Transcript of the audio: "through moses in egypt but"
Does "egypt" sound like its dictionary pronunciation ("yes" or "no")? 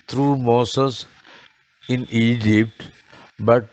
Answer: yes